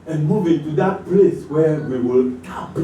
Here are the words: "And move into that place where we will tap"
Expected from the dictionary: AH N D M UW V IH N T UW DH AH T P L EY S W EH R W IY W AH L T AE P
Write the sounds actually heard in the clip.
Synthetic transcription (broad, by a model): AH N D M UW V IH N T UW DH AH T P L EY S W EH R W IY W AH L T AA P